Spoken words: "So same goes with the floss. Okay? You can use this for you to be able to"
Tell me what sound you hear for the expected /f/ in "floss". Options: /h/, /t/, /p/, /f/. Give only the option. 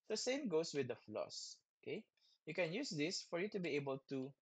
/f/